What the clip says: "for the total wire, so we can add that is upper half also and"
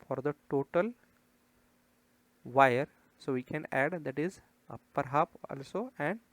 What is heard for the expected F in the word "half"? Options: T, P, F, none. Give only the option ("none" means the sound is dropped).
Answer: P